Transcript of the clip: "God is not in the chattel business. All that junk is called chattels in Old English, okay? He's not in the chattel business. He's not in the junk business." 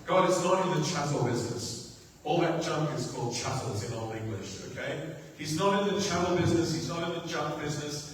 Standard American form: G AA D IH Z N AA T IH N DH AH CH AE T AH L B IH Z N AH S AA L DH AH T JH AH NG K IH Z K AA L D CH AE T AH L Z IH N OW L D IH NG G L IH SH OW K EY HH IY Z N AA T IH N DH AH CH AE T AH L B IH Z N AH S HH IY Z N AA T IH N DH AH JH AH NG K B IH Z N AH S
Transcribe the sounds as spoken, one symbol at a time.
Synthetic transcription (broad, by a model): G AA D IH S N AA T IH N DH AH CH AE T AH L B IH Z N AH S AA L DH AH T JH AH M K IH Z K AA L D CH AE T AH L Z IH N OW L IH NG G L IH SH OW K EY HH IY Z N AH T IH N DH AH CH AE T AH L B IH Z N AH S HH IY Z N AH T IH N DH AH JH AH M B IH Z N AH S